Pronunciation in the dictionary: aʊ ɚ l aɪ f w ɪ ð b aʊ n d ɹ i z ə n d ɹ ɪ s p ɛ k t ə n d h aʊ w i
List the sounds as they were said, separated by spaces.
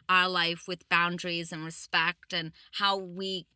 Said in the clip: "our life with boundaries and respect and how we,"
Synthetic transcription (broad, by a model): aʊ ɚ l aɪ f w ɪ ð b aʊ n d ɹ i z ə n ɹ ɪ s p ɛ k t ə n h aʊ w i